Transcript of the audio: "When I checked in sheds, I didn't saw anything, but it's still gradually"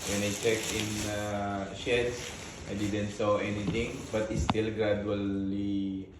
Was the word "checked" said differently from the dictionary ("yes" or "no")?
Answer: yes